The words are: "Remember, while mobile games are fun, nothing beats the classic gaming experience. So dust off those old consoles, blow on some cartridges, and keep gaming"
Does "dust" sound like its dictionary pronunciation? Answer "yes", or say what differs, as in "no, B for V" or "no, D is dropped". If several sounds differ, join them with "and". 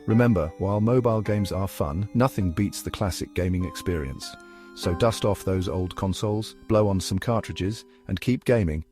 yes